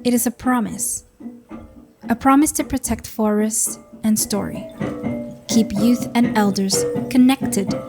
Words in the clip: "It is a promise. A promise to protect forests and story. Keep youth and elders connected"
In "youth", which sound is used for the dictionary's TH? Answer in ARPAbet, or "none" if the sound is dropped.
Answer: TH